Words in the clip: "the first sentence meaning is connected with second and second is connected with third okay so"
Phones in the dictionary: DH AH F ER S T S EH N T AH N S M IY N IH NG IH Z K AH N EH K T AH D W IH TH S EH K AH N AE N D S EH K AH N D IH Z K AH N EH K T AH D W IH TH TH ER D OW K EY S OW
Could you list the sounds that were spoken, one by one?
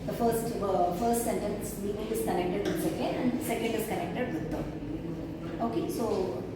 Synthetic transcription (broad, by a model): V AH F ER S T S EH N T AH N S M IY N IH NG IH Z K AH N EH K T AH D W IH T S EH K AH AE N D S EH K AH N D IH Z K AH N EH K T AH D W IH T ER OW K EY S OW